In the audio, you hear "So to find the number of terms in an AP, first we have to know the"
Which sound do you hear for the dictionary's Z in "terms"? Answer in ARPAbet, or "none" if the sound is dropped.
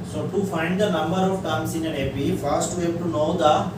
S